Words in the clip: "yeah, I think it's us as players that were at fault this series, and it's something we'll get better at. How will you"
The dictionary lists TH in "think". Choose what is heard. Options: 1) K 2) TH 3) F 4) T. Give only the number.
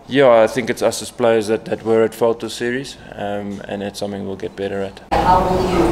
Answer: 2